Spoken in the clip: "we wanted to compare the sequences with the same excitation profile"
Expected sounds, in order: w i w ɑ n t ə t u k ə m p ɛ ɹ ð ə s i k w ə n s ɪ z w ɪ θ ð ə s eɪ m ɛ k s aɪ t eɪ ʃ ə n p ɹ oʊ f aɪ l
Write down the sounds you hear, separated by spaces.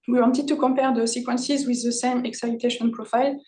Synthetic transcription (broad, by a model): w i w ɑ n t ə t u k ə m p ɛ ɹ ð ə s i k w ə n s ɪ z w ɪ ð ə s eɪ m ɛ k s aɪ t eɪ ʃ ə n p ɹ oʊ f aɪ l